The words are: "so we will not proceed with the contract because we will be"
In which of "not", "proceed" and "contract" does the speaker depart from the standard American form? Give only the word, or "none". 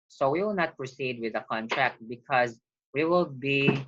none